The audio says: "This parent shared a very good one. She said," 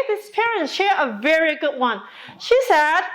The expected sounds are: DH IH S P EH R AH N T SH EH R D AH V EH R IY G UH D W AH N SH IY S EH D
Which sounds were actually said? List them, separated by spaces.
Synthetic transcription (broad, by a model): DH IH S P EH R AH N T SH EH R AH V EH R IY G UH D W AH N SH IY S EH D